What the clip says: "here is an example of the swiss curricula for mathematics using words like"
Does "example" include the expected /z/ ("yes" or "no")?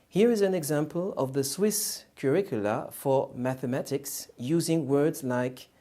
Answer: yes